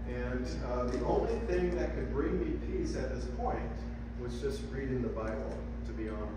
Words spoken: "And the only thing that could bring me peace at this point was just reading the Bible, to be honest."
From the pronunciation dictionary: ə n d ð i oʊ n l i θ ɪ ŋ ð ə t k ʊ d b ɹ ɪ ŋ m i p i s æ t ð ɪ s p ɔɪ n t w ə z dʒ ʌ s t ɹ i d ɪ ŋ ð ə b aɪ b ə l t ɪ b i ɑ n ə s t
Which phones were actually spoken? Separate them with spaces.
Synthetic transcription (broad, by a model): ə n ð i oʊ n l i θ ɪ ŋ ð ə t k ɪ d b ɹ ɪ ŋ m i p i s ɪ t ð ɪ s p ɔɪ n t w ə z dʒ ʌ s t ɹ i d ɪ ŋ ð ə b aɪ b l t ɪ b i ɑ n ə